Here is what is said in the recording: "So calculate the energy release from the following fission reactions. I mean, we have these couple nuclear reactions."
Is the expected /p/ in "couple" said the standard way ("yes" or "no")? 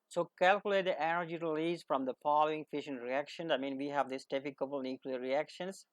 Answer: no